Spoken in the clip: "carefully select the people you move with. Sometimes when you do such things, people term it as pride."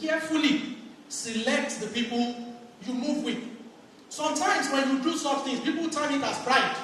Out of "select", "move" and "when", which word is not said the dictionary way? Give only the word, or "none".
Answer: none